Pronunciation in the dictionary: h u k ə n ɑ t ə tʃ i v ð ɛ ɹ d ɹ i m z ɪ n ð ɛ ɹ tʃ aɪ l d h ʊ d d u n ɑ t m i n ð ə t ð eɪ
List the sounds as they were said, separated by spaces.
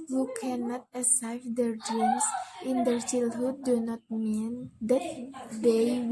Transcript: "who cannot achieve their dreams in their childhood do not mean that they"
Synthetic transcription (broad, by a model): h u k ə n ɑ t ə s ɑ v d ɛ ɹ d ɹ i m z ɪ n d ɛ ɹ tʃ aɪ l h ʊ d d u n ɑ t m i n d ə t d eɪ